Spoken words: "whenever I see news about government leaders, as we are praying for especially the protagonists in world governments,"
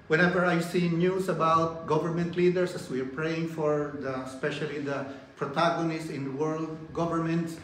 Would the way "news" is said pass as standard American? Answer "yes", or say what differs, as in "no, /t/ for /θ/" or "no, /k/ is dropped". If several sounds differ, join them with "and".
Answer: no, /s/ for /z/